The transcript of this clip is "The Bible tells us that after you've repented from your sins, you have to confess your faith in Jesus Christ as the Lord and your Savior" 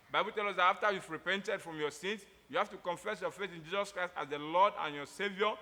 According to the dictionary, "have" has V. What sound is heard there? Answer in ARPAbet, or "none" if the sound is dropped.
F